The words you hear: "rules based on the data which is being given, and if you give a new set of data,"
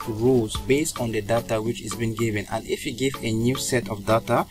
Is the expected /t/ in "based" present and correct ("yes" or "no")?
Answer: yes